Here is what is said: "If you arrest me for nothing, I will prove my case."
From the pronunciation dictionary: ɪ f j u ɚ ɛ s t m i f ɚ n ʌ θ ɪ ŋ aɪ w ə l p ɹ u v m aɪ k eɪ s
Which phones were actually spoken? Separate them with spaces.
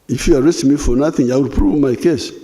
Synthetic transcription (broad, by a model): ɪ f j u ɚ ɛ s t m i f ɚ n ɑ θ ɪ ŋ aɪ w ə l p ɹ u v m aɪ k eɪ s